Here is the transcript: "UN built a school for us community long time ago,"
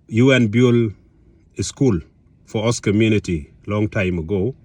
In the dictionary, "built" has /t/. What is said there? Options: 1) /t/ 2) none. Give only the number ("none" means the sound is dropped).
2